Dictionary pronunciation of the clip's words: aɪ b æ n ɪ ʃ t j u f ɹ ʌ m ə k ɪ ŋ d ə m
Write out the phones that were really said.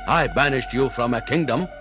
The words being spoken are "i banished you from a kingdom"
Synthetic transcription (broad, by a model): aɪ b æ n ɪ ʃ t j u f ɹ ʌ m ə k ɪ ŋ d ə m